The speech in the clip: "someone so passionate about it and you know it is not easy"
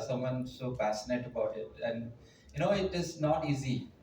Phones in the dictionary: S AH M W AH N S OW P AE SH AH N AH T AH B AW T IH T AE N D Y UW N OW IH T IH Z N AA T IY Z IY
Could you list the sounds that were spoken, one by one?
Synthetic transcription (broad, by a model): S AH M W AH N S OW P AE S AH N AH T AH B AW T IH T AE N D Y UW N OW IH T IH Z N AA T IY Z IY